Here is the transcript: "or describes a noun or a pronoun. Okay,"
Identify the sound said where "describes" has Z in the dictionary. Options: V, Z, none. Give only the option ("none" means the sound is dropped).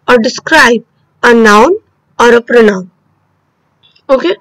none